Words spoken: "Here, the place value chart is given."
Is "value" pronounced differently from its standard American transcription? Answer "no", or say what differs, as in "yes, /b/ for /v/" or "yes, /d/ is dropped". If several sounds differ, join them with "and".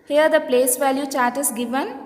no